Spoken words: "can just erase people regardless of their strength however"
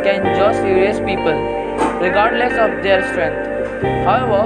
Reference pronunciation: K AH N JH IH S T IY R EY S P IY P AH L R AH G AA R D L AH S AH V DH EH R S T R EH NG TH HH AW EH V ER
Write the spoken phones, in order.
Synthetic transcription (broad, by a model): K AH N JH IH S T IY EY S P IY P AH L R AH G AA R D L AH S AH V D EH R S T R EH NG T HH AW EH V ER